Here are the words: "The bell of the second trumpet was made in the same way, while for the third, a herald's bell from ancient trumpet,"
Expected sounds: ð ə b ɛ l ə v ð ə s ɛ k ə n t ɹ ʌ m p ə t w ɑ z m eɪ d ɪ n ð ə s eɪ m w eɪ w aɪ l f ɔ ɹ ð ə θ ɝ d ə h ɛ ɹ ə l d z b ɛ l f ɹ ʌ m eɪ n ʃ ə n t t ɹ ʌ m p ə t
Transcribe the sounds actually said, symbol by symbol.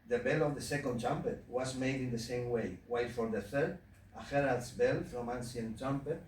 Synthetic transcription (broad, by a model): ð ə b ɛ l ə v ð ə s ɛ k ə n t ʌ m p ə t w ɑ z m eɪ d ɪ n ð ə s eɪ m w eɪ w aɪ l f ɔ ɹ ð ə θ ɝ d ə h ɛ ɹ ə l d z b ɛ l f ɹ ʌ m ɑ n s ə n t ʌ m p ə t